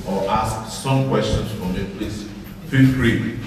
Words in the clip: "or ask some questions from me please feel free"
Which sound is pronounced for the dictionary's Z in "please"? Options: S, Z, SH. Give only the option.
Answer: S